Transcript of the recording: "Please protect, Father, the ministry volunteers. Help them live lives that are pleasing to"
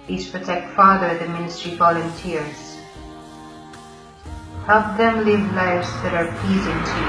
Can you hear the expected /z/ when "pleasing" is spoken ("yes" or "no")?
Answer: yes